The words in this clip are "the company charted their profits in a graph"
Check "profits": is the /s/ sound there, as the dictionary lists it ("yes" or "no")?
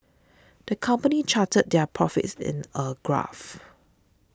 yes